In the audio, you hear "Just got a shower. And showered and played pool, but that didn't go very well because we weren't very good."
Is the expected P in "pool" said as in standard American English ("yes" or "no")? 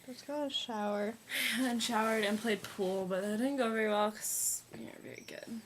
yes